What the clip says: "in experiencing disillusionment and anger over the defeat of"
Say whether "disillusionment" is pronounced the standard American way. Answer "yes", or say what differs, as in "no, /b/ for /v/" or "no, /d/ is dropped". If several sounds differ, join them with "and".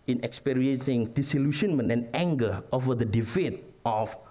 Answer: no, /ʃ/ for /ʒ/